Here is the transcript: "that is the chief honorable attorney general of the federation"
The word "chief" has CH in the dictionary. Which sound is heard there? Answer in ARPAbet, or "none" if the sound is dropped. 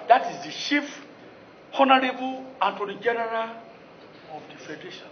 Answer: SH